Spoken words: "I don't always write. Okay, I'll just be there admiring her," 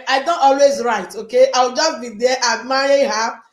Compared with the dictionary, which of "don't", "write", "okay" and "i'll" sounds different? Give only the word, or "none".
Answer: i'll